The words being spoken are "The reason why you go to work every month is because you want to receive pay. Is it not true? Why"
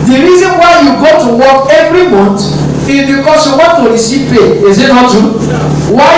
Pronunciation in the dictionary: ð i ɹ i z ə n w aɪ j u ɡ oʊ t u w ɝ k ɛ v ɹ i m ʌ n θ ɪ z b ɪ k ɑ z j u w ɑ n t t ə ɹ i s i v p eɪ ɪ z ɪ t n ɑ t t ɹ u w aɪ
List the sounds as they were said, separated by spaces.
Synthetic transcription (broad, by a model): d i ɹ i z ə n w aɪ j u ɡ oʊ t u w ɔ k ɛ v ɹ i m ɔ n t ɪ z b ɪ k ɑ s j u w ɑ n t t ə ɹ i s i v p eɪ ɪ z ɪ t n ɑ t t u w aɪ